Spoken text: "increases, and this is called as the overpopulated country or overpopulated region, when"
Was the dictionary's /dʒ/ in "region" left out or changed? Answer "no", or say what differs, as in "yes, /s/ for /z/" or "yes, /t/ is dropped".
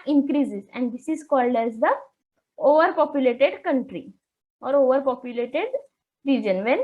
no